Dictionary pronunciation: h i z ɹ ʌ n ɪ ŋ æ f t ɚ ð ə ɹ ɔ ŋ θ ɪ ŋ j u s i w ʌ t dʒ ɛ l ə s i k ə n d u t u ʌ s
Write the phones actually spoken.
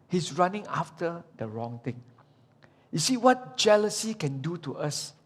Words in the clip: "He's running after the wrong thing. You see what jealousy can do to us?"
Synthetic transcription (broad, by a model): h i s ɹ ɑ n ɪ ŋ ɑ f t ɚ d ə ɹ ɔ ŋ t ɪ ŋ j u s i w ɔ t dʒ ɛ l ə s i k ə n d u t u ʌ s